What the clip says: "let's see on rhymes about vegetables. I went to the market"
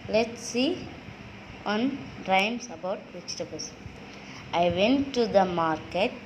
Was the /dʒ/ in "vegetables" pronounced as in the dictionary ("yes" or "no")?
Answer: no